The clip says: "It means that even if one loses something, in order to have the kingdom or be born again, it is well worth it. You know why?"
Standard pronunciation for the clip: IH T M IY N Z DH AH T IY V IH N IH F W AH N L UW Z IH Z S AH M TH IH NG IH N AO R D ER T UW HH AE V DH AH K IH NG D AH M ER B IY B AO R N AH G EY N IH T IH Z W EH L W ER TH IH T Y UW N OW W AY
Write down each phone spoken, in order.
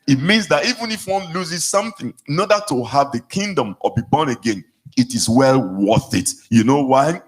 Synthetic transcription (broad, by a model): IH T M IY N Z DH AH T IY V IH N IH F W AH N L UW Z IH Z S AH M TH IH NG IH N AO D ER T UW HH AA V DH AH K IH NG D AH M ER B IY B AO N AH G EY N IH T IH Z W EH L W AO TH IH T Y UW N OW W AY